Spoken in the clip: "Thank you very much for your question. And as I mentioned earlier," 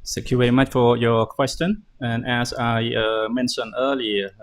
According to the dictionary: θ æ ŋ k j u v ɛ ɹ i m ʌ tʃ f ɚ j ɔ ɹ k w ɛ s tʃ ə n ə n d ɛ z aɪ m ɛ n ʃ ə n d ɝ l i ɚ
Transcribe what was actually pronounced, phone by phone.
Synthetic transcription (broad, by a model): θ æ ŋ k j u v ɛ ɹ i m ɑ tʃ f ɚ j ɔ k w ɛ s tʃ ə n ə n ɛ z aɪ m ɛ n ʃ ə n ɝ l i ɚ